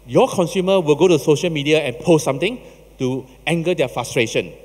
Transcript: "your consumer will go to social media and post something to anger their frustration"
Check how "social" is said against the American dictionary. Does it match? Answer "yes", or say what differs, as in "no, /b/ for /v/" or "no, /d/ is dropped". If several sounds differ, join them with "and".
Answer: yes